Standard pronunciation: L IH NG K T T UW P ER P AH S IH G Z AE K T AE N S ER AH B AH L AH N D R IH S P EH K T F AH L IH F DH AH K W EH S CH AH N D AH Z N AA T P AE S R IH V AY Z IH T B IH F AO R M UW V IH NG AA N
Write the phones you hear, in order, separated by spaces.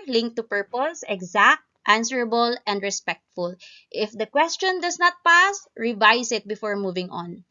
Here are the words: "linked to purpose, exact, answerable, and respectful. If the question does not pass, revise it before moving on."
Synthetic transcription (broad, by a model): L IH NG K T T UW P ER P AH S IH G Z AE K T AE N S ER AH B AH L AH N D R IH S P EH K T F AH L IH F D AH K W EH S CH AH N D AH S N AA T P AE S R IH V AY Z IH T B IH F AO R M UW V IH NG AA N